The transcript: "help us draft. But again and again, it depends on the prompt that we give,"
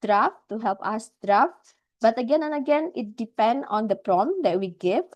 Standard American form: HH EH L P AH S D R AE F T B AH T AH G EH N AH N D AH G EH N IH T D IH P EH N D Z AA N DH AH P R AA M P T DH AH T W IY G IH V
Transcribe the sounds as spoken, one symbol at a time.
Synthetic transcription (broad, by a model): HH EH L P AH S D R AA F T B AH T AH G EH N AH N AH G EH N IH T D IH P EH N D AA N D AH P R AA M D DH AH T W IY G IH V